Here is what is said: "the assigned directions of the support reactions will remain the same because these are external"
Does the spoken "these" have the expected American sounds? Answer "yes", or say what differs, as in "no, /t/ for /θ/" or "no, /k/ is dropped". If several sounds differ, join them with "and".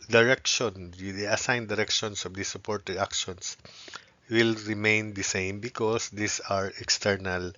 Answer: no, /s/ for /z/